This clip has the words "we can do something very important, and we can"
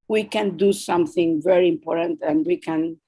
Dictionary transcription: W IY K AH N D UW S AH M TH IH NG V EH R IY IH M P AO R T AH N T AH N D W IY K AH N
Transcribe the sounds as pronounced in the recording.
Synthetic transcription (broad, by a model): W IY K AH N D UW S AH M TH IH NG V EH R IY IH M P AO R T AH N T AH N D W IY K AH N